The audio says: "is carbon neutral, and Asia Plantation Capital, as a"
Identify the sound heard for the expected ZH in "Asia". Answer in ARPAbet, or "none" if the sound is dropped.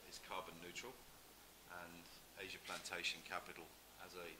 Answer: ZH